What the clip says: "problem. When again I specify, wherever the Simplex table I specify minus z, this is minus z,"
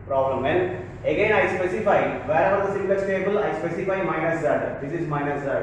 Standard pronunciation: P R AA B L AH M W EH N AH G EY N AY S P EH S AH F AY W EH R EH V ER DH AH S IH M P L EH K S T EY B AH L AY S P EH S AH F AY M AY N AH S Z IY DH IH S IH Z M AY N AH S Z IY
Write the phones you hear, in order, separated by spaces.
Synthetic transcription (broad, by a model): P R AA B L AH M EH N AH G EY N AY S P EH S AH F AY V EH R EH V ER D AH S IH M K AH S T EY B AH L AY S P EH S AH F AY M AY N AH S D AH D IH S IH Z M AY N AH S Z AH